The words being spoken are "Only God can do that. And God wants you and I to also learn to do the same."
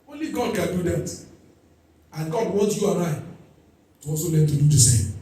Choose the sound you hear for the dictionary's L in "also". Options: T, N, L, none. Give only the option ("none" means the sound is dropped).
none